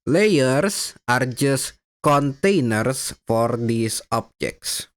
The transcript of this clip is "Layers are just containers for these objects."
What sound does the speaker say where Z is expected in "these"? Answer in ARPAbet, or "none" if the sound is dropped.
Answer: S